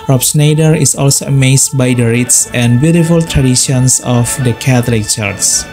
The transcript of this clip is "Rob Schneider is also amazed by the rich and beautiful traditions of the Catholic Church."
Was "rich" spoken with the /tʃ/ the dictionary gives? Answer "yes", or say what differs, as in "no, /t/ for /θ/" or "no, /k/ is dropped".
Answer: no, /s/ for /tʃ/